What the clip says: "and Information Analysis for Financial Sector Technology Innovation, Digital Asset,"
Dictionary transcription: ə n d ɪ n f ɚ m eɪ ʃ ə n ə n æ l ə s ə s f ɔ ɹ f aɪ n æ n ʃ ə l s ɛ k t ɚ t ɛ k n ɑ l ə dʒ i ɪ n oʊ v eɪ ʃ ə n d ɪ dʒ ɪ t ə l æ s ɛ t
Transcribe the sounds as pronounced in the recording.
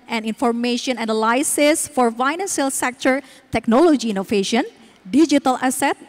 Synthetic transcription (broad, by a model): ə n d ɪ n f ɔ m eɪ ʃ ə n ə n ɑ l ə s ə s f ɔ ɹ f aɪ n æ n s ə l s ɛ k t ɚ t ɛ k n ɑ l ə dʒ i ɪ n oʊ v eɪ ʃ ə n d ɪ dʒ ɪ t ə l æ s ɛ t